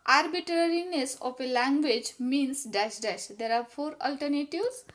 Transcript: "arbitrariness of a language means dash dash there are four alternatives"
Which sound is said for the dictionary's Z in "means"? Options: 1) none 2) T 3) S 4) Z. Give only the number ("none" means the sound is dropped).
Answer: 3